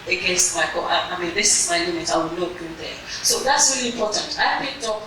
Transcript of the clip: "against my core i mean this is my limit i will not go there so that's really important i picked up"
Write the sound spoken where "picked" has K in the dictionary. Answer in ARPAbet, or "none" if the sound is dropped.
none